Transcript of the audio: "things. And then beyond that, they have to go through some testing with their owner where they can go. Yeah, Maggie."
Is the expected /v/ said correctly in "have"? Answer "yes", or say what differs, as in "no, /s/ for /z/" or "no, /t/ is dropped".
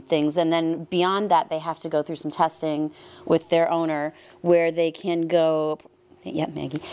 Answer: no, /f/ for /v/